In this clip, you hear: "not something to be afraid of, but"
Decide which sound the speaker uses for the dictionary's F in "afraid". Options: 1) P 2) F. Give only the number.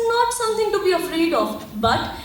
2